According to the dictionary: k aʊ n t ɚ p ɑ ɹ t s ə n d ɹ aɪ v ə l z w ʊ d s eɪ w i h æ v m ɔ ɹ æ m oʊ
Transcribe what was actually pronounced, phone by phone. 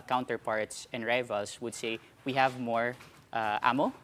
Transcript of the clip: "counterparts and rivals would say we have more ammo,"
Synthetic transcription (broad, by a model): k aʊ n t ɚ p ɑ ɹ t s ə n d ɹ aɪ v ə l s w ʊ d s eɪ w i h æ v m ɔ ɹ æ m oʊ